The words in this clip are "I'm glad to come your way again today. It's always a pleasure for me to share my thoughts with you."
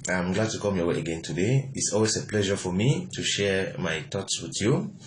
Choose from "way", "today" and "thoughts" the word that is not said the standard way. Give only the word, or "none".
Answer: thoughts